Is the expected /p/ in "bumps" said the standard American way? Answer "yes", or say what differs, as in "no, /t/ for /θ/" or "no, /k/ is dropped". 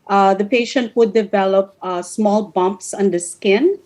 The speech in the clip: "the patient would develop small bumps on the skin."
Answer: yes